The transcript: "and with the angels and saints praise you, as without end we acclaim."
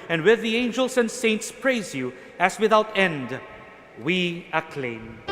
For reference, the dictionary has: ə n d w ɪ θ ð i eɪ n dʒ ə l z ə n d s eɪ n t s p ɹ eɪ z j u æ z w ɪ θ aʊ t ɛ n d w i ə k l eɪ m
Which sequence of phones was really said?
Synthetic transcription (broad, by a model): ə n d w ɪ ð i eɪ n dʒ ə l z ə n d s eɪ n t s p ɹ eɪ z j u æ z w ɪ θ aʊ t ɛ n d w i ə k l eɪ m